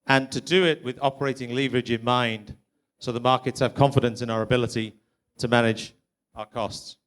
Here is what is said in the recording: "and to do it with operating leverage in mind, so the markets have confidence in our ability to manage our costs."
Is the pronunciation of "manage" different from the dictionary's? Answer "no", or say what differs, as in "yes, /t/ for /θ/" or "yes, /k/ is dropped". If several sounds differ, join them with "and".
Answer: no